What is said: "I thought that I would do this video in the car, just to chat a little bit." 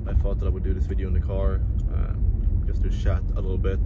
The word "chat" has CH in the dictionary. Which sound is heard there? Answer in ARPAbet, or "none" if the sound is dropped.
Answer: SH